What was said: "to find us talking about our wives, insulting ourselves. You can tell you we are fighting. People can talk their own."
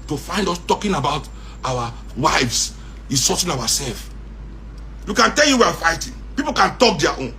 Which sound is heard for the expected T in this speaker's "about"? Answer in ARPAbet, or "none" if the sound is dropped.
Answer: T